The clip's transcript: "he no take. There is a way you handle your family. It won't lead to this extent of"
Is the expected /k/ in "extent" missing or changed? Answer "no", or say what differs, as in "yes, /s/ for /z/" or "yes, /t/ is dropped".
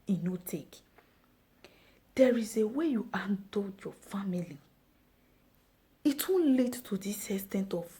yes, /k/ is dropped